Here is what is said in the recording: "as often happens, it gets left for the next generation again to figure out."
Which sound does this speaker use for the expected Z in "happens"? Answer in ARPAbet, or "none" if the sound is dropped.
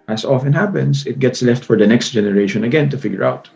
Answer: S